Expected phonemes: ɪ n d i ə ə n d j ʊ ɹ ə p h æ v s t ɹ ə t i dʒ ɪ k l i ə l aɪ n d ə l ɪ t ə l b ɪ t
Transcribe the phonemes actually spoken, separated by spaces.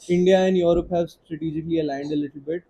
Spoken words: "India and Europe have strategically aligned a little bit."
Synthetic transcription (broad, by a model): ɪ n d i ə ə n d j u ɹ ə p h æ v s t ɹ ə t i dʒ ɪ k l i ə l aɪ n d ə l ɪ t ə l b ɪ t